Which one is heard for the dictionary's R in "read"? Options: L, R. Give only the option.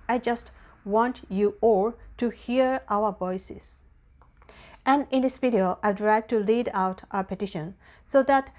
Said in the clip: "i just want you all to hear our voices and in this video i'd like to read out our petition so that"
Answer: L